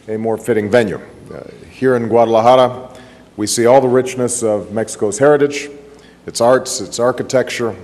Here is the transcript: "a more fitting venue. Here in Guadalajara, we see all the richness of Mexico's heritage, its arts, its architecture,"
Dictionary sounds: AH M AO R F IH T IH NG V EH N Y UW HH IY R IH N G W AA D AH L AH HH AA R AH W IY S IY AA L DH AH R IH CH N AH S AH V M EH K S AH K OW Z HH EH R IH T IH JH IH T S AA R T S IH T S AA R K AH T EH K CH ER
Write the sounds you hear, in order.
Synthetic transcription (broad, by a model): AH M AO R F IH T IH NG V EH N Y UW HH IY R IH N G W AA D AH L AH HH AA R AH W IY S IY AA L DH AH R IH CH N AH S AH V M EH K S AH K OW Z HH EH R IH T IH JH IH T S AA R T S IH T S AA R K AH T EH K CH ER